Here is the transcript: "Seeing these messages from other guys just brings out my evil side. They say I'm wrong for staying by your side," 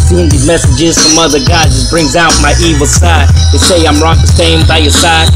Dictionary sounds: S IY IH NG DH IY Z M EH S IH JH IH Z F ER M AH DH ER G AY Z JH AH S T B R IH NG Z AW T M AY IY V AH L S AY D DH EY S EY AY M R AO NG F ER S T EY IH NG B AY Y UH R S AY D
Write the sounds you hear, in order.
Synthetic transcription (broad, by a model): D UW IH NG DH IY Z M EH S IH JH IH Z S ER M AH DH ER G AY JH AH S B R IH NG Z AW T M AY IY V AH L S AY D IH S EY AY M R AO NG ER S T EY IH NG B AY Y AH R S AY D